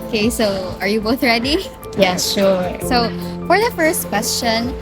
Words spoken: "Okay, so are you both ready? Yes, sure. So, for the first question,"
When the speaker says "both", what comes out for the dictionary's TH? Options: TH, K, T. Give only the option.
TH